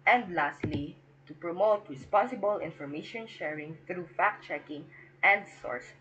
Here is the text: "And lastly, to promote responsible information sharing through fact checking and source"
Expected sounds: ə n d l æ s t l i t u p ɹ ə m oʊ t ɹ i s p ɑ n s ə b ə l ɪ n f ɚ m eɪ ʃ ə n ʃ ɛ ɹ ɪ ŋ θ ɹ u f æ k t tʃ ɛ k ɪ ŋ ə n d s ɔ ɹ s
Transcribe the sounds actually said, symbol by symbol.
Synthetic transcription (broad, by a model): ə n d l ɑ s t l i t u p ɹ ə m oʊ t w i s p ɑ s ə b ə l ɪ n f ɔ m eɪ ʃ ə n ʃ ɛ ɹ ɪ ŋ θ ɹ u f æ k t tʃ ɛ k ɪ ŋ ə n d s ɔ ɹ s